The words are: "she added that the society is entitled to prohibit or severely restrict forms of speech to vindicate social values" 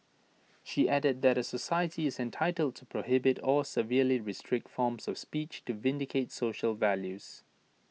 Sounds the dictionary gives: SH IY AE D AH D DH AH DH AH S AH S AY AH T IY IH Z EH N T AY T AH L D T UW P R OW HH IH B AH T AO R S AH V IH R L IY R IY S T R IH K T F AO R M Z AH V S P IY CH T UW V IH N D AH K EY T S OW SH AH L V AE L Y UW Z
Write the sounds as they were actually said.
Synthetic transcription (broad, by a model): SH IY AE D AH D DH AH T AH S AH S AY AH T IY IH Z EH N T AY T AH L D T UW P R OW HH IH B AH T AO L S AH V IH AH L IY R IY S T R IH K T F AO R M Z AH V S P IY CH T UW V IH N D AH K EY T S OW SH AH L V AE L Y UW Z